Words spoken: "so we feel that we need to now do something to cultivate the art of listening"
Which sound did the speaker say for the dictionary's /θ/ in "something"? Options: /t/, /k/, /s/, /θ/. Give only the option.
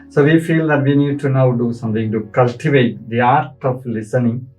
/t/